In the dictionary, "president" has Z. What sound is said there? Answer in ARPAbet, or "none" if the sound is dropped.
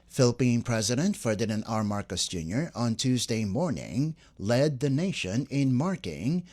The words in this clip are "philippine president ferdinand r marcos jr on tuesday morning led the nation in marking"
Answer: Z